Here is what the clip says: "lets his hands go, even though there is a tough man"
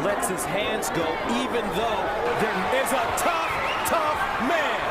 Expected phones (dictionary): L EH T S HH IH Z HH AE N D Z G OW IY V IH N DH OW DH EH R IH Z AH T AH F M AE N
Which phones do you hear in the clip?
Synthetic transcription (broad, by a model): L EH T S HH IH Z HH AE N D Z G OW IY V IH N DH OW DH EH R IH Z AH T AH F M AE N